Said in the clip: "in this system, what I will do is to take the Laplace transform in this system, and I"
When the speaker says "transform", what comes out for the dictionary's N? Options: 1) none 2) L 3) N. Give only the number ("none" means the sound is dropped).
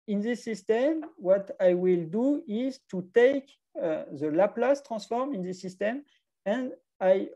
1